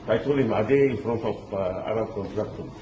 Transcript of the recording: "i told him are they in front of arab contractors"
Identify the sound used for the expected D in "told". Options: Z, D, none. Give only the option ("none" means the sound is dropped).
none